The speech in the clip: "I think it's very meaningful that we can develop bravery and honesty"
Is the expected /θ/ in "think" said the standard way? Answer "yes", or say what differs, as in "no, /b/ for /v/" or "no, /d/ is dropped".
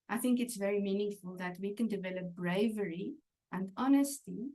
yes